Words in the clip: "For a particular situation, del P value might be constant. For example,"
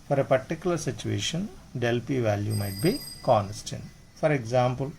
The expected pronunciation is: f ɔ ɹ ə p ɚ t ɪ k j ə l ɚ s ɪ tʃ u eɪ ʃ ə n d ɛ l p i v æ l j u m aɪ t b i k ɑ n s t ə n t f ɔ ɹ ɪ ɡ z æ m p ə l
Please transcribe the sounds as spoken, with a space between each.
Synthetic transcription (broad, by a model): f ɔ ɹ ə p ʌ t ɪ k j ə l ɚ s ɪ tʃ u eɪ ʃ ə n d ɛ l p i v æ l j u m aɪ t b i k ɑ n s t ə n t f ɔ ɹ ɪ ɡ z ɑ m p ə l